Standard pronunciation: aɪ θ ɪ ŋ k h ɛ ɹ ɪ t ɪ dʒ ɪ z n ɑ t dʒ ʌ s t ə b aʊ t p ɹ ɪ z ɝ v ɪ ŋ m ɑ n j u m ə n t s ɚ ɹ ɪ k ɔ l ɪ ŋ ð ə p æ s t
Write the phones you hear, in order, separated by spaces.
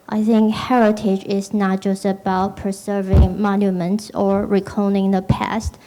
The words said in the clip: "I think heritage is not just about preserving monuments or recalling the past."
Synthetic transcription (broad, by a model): aɪ θ ɪ ŋ k h ɛ ɹ ɪ t ɪ dʒ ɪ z n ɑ t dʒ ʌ s t ə b aʊ t p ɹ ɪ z ɝ v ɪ ŋ m ɑ n j u m ə n t s ɚ ɹ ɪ k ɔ n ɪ ŋ ð ə p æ s t